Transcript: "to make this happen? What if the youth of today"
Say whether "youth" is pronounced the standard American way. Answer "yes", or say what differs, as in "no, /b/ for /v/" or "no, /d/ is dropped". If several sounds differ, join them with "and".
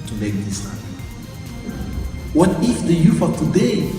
no, /f/ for /θ/